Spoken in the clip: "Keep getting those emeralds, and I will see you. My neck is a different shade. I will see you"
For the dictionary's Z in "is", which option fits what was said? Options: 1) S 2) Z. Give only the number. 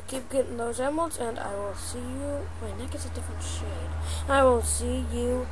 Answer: 1